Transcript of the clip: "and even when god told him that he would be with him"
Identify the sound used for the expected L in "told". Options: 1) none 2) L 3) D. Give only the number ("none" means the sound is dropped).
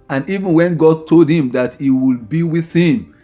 2